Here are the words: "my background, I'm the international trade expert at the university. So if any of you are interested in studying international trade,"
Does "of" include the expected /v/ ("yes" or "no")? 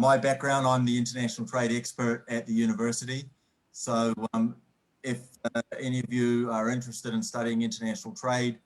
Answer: yes